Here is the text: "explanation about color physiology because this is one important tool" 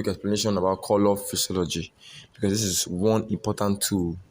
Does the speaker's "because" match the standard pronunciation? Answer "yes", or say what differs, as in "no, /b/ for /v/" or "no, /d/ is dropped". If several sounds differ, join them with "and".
no, /s/ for /z/